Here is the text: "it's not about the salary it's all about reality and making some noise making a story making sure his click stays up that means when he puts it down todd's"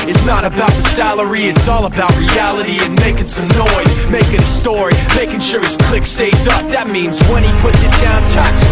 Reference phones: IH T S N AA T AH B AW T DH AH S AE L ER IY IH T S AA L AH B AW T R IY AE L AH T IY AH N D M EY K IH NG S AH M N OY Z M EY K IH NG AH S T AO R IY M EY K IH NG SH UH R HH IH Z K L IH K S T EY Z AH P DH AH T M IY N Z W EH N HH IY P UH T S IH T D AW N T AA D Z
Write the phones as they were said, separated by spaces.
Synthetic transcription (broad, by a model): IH T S N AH T AH B AW T DH AH S AE L ER IY IH T S AA L AH B AW T R IY AE L AH T IY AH N M EY K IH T S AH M N OY Z M EY K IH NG AH S T AO R IY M EY K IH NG SH UH R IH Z K L IH K S T EY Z AH P DH AH T M IY N Z W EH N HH IY P UH T S IH T D AW N T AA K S